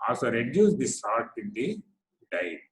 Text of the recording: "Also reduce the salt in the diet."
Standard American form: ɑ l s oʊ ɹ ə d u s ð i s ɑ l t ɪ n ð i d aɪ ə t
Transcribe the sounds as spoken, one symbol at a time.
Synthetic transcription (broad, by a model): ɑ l s oʊ ɹ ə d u s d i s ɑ t ɪ n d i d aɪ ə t